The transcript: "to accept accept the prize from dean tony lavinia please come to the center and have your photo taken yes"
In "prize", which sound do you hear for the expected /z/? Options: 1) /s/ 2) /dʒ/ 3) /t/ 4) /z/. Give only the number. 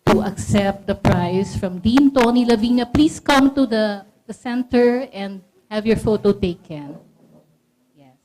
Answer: 1